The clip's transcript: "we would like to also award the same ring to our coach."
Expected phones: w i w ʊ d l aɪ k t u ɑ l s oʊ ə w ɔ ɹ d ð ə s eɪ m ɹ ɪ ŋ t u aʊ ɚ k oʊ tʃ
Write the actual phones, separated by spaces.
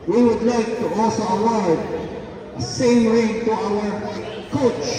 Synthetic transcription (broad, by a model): w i w ʊ d l aɪ k t u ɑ s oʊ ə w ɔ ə s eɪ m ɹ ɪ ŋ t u aʊ ɚ k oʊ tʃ